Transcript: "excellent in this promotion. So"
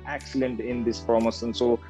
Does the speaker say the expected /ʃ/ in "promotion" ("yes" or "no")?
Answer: no